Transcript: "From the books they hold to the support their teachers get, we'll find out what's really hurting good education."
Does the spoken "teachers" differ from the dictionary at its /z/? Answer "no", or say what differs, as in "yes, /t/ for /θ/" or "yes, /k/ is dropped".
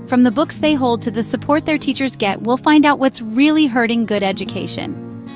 no